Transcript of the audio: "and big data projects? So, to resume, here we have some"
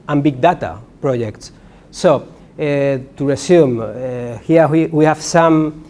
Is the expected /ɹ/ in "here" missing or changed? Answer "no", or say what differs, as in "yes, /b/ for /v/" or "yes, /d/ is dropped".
yes, /w/ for /ɹ/